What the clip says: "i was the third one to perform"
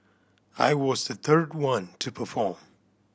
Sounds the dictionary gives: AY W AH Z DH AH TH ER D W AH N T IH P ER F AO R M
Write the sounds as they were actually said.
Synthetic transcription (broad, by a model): AY W AH Z DH AH TH ER D W AH N T IH P ER F AO R M